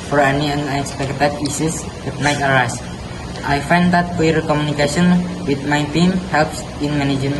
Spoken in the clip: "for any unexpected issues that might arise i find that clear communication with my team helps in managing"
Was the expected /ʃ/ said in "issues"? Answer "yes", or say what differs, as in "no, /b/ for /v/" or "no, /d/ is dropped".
no, /s/ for /ʃ/